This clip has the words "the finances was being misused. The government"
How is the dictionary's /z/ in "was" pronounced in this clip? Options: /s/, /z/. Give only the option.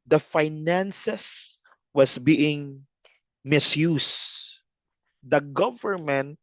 /s/